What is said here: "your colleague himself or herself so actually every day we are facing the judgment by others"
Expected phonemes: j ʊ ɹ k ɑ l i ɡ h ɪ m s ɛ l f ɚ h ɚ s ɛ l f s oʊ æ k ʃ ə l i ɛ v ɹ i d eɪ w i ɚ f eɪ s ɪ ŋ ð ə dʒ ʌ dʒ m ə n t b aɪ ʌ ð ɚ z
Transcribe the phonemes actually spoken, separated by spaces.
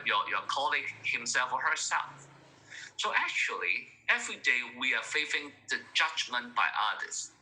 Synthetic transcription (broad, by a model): j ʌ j k ɑ l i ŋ h ɪ m s ɛ l f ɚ h ɚ s ɛ l f s oʊ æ k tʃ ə l i ɛ v ɹ i d eɪ w i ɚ f eɪ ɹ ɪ ŋ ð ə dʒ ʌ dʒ m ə n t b aɪ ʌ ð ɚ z